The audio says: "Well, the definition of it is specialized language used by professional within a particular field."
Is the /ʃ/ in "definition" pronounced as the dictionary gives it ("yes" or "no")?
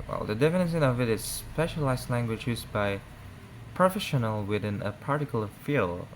no